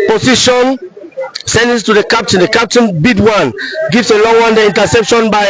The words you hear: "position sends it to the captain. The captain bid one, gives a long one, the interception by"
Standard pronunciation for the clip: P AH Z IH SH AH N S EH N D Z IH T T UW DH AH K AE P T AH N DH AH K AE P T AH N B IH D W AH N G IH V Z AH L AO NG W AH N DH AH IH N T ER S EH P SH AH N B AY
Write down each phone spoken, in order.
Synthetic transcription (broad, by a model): P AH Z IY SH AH N S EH N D IH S T UW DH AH K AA P T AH N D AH K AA P T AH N B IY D W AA N G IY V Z AH L AO NG W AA N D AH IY N T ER S EH P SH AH N B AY